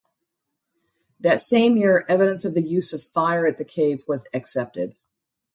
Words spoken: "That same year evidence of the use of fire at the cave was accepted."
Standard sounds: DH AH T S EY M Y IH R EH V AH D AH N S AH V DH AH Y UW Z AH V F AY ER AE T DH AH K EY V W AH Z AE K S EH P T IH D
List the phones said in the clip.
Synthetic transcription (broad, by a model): DH AH T S EY M Y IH R EH V AH D AH N S AH V DH AH Y UW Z AH V F AY ER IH T DH AH K EY V W AH Z AE K S EH P T IH D